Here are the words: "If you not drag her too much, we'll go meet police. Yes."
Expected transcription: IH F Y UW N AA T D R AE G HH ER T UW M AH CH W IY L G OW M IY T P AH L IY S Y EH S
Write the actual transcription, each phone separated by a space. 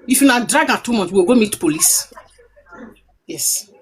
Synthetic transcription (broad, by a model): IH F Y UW N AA D R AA G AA T UW M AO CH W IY W G OW M IY T P AH L IY S Y EH S